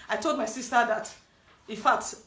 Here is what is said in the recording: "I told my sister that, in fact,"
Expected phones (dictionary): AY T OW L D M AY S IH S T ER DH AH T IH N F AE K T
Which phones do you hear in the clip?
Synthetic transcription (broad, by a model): AY T OW L D M AY S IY S T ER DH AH T IH N F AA K T